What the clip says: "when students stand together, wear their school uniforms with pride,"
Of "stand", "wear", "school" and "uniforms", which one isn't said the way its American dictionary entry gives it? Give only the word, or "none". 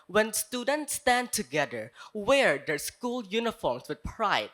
uniforms